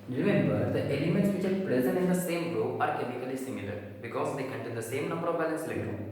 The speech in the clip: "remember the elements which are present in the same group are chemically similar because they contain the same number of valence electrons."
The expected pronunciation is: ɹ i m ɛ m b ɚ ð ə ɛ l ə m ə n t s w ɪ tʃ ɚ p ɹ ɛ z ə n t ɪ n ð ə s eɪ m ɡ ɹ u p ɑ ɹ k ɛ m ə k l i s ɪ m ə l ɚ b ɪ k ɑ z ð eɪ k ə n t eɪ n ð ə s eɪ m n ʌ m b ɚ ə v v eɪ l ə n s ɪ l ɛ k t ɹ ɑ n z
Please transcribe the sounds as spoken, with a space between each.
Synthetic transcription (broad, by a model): ɹ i m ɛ m b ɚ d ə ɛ l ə m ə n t s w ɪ tʃ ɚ p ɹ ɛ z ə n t ɪ n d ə s eɪ m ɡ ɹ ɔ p ɑ ɹ k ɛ m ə k l i s ɪ m ə l ɚ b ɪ k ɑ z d eɪ k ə n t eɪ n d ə s eɪ m n ʌ m b ɚ ə v b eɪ l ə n s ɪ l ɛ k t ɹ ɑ